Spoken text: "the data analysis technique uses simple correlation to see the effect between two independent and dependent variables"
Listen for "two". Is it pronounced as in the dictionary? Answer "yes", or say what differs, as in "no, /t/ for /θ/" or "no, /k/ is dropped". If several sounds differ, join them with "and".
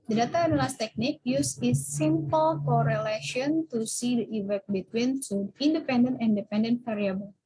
no, /s/ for /t/